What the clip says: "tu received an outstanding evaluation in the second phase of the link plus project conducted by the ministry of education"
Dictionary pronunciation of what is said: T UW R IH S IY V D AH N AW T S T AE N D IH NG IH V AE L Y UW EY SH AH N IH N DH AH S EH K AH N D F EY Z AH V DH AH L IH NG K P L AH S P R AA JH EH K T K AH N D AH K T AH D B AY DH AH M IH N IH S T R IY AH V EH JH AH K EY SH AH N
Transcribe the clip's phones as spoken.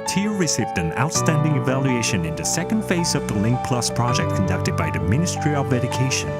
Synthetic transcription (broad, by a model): T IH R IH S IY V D AH N AW T S T AE N D IH NG IH V AE L Y UW EY SH AH N IH N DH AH S EH K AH N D F EY Z AH V DH AH L IH NG K P L AH S P R AA JH EH K T K AH N D AH K T AH D B AY DH AH M IH N IH S T R IY AH V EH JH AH K EY SH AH N